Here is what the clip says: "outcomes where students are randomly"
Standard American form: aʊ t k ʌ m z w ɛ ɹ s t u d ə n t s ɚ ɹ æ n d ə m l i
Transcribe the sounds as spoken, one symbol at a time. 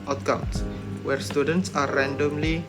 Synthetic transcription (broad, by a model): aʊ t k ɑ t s w ɛ ɹ s t u d ə n t s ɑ ɹ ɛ n d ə m l i